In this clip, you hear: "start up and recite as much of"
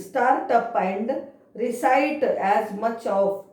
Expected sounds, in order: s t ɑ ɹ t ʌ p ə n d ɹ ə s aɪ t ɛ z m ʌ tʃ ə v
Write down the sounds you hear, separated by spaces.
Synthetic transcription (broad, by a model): s t ɑ ɹ t ʌ p ə n d ɹ ə s aɪ t ɛ z m ʌ tʃ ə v